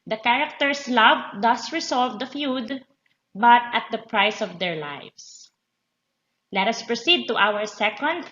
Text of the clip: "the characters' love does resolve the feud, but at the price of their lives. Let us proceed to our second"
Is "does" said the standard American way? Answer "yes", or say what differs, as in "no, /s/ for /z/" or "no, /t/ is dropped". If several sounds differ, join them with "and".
no, /s/ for /z/